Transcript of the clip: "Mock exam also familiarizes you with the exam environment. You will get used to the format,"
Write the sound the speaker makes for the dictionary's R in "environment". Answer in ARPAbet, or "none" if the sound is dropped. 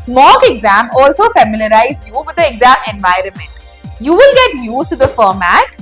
R